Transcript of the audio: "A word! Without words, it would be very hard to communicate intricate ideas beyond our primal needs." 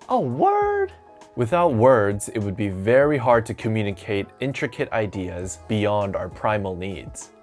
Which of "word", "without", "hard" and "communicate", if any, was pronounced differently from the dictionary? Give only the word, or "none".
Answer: none